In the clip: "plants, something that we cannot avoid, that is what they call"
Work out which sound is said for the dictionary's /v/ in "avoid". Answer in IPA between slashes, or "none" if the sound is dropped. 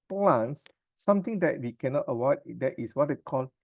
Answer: /w/